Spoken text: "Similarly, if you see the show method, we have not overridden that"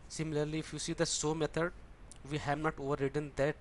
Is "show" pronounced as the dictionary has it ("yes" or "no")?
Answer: no